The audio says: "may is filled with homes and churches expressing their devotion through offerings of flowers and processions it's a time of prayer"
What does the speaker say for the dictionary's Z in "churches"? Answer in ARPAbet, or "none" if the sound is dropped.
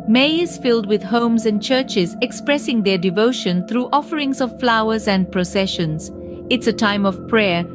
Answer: Z